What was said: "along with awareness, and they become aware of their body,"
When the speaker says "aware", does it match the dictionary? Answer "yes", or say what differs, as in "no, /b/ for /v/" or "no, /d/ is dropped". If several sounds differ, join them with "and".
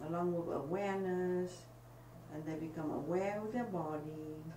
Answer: no, /w/ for /ɹ/